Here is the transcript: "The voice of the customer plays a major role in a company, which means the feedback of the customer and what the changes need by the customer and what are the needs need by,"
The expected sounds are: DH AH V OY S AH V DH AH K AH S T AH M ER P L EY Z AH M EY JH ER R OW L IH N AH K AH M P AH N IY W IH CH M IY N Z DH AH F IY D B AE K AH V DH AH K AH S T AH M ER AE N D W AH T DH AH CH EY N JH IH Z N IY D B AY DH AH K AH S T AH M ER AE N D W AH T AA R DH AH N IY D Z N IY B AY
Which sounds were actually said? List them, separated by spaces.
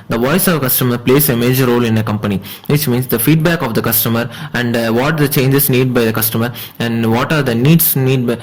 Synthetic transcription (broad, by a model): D AH V OY S AH V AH K AH S T AH M ER P L EY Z AH M EY JH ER R OW L IH N AH K AH M P AH N IY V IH CH M IY N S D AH F IY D B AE K AH V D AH K AH S T AH M ER AE N D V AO T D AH CH EY N JH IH S N IY D B AY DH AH K AH S T AH M ER AE N D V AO T AA R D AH N IY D S N IY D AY